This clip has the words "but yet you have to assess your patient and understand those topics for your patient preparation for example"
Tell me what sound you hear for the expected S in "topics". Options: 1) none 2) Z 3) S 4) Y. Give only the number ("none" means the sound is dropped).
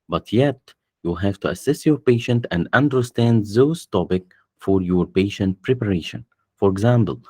1